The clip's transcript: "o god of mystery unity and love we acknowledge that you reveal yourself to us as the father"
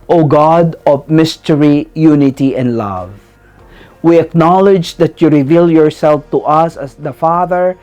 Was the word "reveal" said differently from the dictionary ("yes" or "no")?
no